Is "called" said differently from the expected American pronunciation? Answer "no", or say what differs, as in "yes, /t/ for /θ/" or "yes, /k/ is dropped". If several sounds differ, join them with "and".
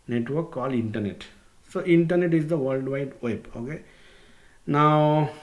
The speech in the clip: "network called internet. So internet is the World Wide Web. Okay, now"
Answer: yes, /d/ is dropped